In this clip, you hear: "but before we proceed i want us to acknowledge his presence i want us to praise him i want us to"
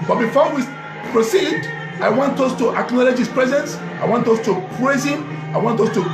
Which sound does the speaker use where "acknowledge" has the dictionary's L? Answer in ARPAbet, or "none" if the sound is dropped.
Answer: L